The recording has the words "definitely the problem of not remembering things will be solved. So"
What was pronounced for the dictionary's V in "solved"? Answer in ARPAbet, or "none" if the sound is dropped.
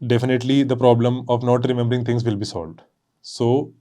V